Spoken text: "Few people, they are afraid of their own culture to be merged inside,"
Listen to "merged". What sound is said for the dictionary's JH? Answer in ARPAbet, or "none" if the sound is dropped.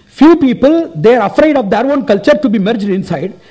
JH